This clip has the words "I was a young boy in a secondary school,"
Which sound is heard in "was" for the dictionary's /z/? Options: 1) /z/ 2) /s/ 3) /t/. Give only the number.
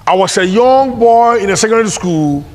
2